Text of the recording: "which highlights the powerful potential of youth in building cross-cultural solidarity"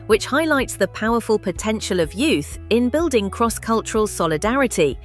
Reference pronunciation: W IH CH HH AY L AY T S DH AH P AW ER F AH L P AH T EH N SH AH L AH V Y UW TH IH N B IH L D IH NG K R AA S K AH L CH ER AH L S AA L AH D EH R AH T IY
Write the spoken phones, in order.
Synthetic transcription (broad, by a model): W IH CH HH AY L AY T S DH AH P AW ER F AH L P AH T EH N SH AH L AH V Y UW TH IH N B IH L D IH NG K R AA S K AH L CH ER AH L S AA L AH D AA R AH T IY